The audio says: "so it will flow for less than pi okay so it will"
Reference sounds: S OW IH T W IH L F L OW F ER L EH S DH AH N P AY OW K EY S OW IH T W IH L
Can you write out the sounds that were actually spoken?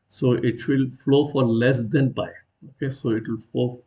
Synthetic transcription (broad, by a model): S OW IH T W IH L F L OW F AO L EH S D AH N B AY OW K EY S OW IH T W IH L